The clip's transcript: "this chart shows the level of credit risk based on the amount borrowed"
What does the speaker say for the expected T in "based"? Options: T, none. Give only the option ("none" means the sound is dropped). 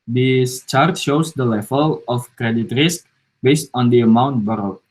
T